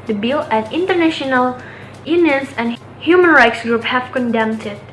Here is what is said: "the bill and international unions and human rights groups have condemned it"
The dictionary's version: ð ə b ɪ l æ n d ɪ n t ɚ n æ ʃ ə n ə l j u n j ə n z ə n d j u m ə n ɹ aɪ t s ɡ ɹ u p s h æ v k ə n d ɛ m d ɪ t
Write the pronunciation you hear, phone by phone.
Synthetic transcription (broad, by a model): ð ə b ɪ l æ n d ɪ n t ɚ n æ ʃ ə n ə l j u n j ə n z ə n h j u m ə n ɹ aɪ t s ɡ ɹ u p h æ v k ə n d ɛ m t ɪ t